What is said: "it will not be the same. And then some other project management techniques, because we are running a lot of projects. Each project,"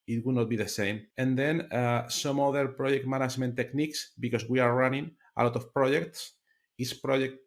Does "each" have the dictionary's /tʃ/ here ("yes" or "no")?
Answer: no